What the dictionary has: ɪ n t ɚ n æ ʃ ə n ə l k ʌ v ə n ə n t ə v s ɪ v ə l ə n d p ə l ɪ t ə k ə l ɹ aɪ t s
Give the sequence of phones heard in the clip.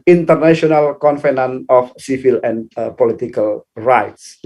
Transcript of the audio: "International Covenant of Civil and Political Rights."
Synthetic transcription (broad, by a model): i n t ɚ n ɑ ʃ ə n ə l k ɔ f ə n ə n ə f s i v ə l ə n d p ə l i t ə k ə l ɹ aɪ t s